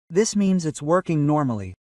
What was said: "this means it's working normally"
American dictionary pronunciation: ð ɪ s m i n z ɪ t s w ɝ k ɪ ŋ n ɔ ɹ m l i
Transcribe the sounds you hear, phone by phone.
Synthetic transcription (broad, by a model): ð ɪ s m i n z ɪ t s w ɝ k ɪ ŋ n ɔ ɹ m l i